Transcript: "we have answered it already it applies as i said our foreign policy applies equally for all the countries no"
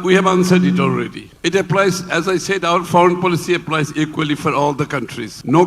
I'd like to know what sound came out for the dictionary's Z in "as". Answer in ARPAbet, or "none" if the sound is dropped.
Z